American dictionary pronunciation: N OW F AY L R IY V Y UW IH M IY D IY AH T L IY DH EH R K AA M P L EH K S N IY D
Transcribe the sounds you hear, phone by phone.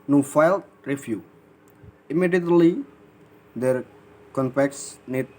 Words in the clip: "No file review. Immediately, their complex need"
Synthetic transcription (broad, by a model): N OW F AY L R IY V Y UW IH M IY D IY AH T L IY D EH R K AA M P EH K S N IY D